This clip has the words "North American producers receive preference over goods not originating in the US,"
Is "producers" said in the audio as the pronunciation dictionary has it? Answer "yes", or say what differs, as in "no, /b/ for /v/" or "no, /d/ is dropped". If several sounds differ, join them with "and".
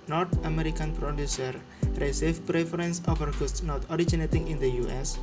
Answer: no, /z/ is dropped